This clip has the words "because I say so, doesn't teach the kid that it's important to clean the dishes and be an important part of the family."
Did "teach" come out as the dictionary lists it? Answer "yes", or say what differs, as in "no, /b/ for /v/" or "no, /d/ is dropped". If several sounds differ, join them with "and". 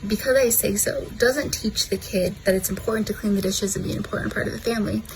yes